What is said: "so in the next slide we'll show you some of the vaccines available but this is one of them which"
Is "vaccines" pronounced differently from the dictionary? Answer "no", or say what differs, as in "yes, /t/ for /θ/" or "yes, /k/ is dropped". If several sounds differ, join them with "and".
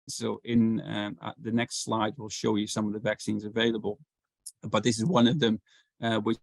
no